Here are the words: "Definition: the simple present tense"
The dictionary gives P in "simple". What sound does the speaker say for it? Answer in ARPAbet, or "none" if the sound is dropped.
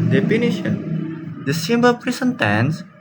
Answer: B